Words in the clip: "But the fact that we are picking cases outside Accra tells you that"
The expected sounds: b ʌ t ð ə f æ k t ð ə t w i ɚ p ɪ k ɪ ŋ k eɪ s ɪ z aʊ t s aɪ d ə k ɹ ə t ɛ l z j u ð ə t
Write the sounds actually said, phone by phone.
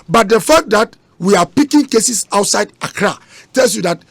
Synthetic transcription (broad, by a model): b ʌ t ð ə f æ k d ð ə t w i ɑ p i k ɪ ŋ k eɪ s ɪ s aʊ t s aɪ d ə k ɹ ə t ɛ l s j u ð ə t